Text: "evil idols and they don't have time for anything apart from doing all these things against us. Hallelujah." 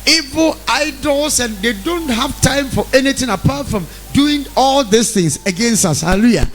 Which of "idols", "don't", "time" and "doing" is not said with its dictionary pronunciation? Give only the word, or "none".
idols